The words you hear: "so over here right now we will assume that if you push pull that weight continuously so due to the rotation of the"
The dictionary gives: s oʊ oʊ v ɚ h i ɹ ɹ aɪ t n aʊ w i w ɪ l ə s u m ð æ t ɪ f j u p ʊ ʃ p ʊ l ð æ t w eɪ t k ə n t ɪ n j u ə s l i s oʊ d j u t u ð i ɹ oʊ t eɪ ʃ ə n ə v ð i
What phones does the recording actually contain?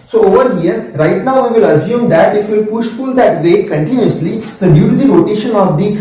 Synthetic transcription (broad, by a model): s oʊ oʊ v ɚ h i ɹ ɹ aɪ t n aʊ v i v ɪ l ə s u m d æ t ɪ f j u p ʊ ʃ f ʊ l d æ t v eɪ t k ə n t ɪ n j u ə s l i s oʊ d j u t u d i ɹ oʊ t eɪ ʃ ə n ə v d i